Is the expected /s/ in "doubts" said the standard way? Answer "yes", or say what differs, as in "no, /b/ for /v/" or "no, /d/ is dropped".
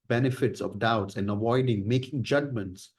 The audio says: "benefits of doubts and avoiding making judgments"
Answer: yes